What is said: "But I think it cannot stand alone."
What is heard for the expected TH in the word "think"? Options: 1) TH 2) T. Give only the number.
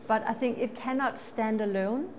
1